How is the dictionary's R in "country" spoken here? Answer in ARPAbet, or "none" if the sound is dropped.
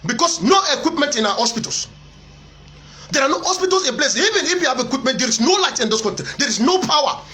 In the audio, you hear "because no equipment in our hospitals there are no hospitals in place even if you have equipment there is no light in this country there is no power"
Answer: none